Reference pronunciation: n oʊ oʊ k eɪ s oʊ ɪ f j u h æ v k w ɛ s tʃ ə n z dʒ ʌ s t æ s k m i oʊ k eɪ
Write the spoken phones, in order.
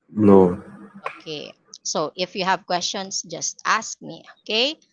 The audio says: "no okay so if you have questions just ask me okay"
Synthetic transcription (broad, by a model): n oʊ oʊ k eɪ s oʊ ɪ f j u h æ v k w ɛ s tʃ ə n s dʒ ʌ s t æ s k m i oʊ k eɪ